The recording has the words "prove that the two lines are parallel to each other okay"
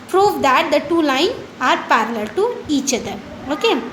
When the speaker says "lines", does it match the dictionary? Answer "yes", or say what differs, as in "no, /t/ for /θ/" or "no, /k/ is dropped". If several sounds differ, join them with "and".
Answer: no, /z/ is dropped